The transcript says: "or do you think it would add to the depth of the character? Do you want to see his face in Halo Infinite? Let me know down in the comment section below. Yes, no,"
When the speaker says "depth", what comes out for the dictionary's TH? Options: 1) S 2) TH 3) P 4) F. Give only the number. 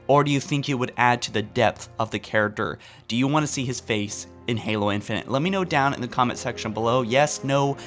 2